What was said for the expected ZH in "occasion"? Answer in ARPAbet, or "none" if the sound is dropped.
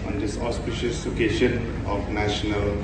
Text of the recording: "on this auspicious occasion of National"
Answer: SH